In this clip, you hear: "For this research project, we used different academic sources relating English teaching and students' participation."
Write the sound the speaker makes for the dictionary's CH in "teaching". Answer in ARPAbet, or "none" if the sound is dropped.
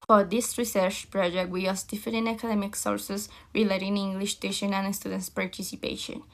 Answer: SH